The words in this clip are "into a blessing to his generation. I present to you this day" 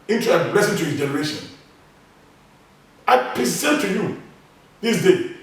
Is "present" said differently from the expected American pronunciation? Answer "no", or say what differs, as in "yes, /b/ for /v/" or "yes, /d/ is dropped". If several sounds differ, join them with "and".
yes, /s/ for /z/